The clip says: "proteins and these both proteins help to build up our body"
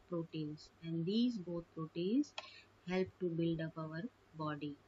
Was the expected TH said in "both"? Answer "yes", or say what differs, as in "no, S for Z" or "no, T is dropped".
no, T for TH